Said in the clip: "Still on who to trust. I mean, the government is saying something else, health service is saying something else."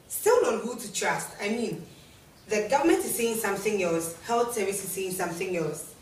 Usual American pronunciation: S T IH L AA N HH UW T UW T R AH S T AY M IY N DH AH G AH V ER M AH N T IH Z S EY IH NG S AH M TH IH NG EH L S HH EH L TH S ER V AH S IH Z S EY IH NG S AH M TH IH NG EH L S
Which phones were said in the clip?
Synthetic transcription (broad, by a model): S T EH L AA N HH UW T UW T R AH S T AY M IY N DH AH G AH V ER M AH N T IH Z S EY IH NG S AH M TH IH NG EH L S HH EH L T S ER AH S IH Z S EY IH NG S AH M TH IH NG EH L S